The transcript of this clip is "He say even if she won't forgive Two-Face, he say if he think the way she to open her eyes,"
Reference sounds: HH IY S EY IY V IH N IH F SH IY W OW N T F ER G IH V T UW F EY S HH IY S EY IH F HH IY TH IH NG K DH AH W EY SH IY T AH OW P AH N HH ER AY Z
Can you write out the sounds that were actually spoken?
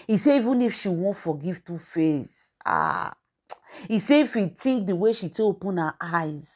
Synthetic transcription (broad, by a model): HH IY S EY IY V IH N IH F SH IY W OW N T F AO G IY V T UW F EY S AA IY S EY IH F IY T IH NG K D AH W EY SH IY T AH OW P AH N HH AY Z